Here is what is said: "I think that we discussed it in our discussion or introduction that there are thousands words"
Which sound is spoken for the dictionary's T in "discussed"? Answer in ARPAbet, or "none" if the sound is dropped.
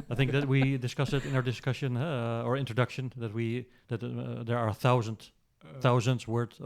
none